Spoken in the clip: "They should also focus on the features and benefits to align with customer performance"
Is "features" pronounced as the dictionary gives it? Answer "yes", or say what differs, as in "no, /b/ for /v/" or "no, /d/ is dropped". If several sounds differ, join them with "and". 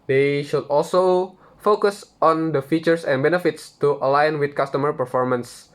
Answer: no, /s/ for /z/